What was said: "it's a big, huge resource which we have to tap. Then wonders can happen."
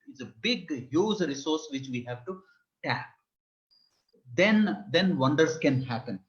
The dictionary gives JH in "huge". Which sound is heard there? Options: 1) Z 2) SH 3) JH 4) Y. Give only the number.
1